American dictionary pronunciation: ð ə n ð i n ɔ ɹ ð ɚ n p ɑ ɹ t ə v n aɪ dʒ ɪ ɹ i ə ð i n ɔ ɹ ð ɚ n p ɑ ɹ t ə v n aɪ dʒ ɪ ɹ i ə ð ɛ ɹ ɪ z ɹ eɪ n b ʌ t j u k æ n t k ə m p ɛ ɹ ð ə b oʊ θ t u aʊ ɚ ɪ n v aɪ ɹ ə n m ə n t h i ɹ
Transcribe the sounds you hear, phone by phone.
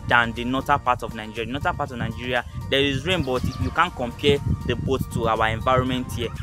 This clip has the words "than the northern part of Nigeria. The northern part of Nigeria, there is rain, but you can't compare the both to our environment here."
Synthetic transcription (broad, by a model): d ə n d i n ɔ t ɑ p ɑ t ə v n aɪ dʒ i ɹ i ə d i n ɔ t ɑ p ɑ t ə v n aɪ dʒ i ɹ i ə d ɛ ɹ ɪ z ɹ eɪ n b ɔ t j u k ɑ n k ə m p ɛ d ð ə b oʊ t t u aʊ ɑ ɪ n v aɪ ɹ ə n m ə n t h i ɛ